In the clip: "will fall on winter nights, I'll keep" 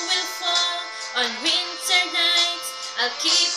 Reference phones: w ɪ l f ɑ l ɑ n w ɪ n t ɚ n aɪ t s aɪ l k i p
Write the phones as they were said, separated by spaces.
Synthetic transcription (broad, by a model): w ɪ l f ɑ l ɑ n w ɪ n t ɚ n aɪ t aɪ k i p